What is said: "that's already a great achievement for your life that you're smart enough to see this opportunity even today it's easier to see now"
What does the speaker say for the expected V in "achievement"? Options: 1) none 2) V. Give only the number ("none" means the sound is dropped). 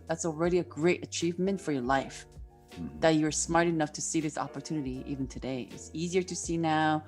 2